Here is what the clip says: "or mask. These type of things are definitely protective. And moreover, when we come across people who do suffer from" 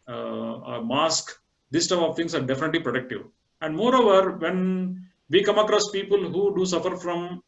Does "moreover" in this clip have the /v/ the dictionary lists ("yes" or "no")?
yes